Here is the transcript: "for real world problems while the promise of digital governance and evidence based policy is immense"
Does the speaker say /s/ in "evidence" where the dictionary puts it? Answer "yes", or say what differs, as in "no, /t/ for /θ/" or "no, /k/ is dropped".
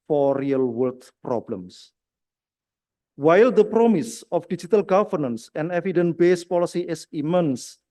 no, /s/ is dropped